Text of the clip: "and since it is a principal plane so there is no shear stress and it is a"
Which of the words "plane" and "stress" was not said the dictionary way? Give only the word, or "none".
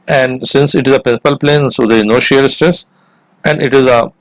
stress